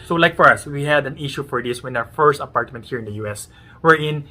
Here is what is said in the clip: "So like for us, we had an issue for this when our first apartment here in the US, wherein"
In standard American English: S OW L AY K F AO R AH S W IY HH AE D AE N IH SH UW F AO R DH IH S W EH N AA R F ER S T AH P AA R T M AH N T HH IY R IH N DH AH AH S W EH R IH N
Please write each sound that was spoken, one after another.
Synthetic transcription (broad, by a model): S OW L AY K F AO R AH S W IY HH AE D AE N IH SH UW F AO R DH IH S W EH N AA W F ER S T AH P AA R T M AH N T HH IY R IH N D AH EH S W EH R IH N